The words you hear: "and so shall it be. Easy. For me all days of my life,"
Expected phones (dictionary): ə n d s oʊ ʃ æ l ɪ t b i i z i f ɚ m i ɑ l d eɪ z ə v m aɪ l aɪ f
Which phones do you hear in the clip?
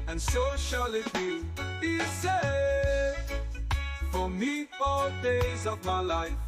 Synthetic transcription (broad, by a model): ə n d s oʊ ʃ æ l ɪ t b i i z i f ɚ m i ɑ d eɪ z ə v m aɪ l aɪ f